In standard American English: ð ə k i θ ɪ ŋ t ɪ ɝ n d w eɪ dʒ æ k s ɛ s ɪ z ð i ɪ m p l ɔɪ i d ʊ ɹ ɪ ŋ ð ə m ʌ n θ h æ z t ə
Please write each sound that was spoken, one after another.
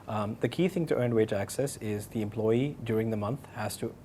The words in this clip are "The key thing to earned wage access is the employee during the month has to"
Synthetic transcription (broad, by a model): ð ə k i θ ɪ ŋ t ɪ ɝ n w eɪ dʒ æ k s ɛ s ɪ z ð i ɪ m p l ɔɪ i d ʊ ɹ ɪ ŋ ð ə m ʌ n θ h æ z t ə